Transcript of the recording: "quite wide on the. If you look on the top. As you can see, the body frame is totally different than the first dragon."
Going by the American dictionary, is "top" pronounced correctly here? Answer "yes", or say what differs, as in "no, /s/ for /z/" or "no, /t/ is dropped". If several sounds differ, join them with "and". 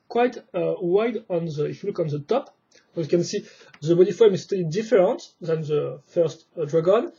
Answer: yes